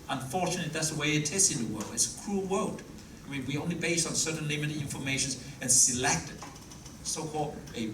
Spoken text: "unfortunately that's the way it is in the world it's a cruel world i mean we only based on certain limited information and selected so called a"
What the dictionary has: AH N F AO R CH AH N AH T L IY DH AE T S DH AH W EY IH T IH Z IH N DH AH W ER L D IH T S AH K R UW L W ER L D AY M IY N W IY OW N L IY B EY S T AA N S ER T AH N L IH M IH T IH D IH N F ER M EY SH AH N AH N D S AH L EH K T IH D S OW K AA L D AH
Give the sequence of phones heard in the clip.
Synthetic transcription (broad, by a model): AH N F AO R CH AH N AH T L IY DH AE T S DH AH W EY IH T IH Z IH N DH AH W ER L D IH T S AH K R UW L W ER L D AY M IY N W IY OW N L IY B EY S T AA N S ER T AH N L IH M IH T IH D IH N F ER M EY SH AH N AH N S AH L EH K T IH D S OW K AA L D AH